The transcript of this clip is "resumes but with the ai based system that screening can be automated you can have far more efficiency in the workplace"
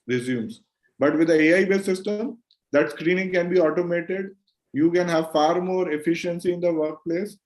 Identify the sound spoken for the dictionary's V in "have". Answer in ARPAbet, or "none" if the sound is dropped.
V